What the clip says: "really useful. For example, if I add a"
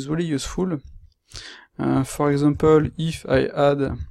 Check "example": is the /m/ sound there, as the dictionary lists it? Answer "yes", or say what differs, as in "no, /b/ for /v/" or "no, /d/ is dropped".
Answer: no, /m/ is dropped